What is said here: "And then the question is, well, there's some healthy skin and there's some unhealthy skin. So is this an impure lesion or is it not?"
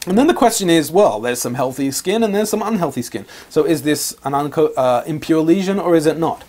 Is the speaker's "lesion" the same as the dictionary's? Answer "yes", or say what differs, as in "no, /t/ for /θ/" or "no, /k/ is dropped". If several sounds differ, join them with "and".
yes